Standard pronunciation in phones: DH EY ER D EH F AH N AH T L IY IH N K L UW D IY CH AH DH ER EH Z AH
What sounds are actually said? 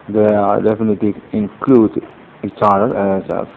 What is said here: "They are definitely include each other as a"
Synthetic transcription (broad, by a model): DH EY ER D EH F AH N AH T L IY IH N K L UW D IY CH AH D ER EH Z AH